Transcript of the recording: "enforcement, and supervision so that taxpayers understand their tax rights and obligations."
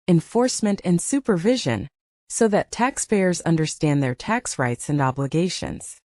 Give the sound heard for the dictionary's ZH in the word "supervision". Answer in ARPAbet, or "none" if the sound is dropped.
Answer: ZH